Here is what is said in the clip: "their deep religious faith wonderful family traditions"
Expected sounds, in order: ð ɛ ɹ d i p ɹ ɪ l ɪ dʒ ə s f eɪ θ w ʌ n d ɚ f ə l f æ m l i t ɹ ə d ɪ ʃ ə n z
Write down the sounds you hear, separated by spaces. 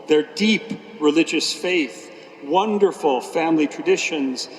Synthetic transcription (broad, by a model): ð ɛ ɹ d i p ɹ ɪ l ɪ dʒ ə s f eɪ θ w ʌ n d ɚ f ə l f æ m l i t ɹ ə d ɪ ʃ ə n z